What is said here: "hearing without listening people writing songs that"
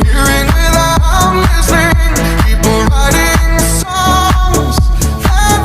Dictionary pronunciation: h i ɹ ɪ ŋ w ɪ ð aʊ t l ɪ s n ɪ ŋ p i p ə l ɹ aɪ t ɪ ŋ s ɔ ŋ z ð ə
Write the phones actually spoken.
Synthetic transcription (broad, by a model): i ɹ ɪ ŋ w ɪ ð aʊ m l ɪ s ɪ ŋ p i p l ɹ aɪ t ɪ ŋ s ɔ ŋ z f